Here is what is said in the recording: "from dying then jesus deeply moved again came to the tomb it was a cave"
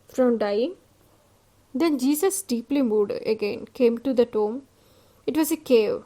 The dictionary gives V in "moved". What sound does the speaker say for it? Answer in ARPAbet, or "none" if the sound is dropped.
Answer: none